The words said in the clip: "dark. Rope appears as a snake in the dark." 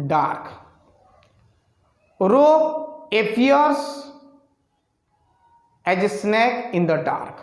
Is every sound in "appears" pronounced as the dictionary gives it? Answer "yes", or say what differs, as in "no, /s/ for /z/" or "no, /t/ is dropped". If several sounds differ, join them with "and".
no, /p/ is dropped